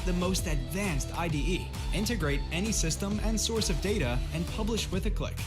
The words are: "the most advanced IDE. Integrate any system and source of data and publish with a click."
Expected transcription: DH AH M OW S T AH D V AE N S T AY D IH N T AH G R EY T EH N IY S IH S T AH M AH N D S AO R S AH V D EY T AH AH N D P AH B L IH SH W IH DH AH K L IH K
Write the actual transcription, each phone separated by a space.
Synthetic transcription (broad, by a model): DH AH M OW S T AH D V AE N S T AY D IH N T AH G R EY T EH N IY S IH S T AH M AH N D S AO R S AH V D EY T AH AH N P AH B L IH SH W IH DH AH K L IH K